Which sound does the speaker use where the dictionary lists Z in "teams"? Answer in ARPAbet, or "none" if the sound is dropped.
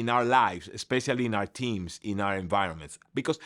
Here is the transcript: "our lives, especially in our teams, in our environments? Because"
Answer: S